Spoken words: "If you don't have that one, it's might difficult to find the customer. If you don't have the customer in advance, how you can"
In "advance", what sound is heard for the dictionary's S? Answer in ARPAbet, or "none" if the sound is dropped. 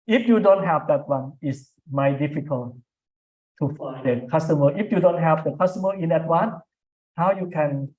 none